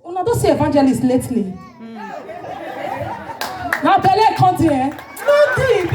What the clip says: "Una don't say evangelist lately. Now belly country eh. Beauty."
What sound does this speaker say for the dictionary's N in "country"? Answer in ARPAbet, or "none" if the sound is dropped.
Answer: none